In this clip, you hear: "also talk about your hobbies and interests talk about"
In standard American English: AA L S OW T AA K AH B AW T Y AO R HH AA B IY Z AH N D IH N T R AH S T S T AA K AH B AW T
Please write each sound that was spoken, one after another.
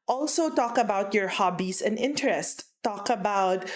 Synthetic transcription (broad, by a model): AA L S OW T AA K AH B AW T Y AO R HH AA B IY S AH N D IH N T R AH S S T AA K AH B AW T